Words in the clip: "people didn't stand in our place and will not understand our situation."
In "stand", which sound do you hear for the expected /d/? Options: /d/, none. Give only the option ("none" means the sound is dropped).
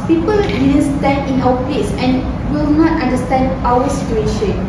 none